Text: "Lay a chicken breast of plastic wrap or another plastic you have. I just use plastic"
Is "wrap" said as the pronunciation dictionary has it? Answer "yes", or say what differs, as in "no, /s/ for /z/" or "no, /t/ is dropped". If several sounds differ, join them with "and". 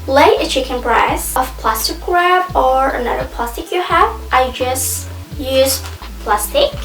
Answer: no, /b/ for /p/